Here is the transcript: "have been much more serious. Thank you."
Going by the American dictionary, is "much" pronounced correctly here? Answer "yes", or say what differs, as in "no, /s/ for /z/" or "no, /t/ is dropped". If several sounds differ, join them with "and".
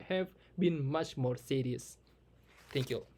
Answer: yes